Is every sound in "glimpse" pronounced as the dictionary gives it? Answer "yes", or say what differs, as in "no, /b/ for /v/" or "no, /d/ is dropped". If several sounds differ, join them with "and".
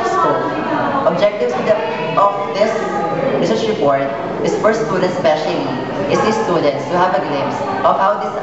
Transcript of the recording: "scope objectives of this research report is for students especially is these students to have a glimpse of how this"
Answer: no, /p/ is dropped